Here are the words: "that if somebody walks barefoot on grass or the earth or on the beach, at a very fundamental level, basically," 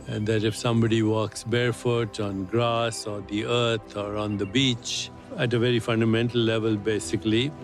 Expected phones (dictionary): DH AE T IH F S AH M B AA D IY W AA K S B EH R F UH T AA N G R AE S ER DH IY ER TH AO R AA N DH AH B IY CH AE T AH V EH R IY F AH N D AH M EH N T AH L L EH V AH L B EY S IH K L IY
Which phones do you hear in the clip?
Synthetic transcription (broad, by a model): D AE T IH F S AH M B AA D IY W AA K S B EH R F UH T AA N G R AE S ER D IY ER T AO R AA N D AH B IY CH AE T AH V EH R IY F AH N D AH M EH N T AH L L EH V AH L B EY S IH K L IY